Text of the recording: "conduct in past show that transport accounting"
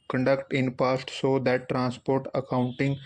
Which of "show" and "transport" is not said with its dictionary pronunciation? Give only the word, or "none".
show